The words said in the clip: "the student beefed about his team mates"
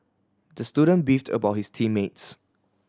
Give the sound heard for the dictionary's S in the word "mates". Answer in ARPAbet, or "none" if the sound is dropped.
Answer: S